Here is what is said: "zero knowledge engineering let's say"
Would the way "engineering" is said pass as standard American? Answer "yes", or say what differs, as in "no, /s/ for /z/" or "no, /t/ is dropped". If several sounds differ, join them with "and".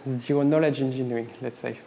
no, /ɹ/ is dropped